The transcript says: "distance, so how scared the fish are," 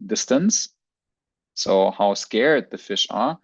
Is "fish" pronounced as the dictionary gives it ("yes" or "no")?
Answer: yes